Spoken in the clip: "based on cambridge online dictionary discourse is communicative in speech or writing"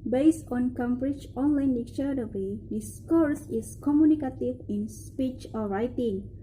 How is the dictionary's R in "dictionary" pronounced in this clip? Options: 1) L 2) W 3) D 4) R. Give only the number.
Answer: 2